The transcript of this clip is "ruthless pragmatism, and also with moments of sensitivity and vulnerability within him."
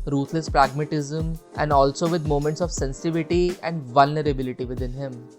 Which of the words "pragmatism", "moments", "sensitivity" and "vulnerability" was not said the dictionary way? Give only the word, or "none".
none